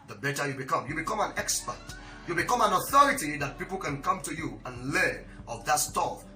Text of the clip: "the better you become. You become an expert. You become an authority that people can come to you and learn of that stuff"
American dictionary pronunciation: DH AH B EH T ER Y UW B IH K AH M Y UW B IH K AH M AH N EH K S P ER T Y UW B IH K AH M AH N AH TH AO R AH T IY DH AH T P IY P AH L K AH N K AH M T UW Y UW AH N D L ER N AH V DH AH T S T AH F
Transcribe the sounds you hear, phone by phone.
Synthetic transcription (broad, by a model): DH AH B EH T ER Y UW B IH K AH M Y UW B IH K AH M AH N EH K S P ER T Y UW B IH K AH M AH N AH TH AO R AH T IY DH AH T P IY P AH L K AH N K AH M T UW Y UW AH N L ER AH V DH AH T S T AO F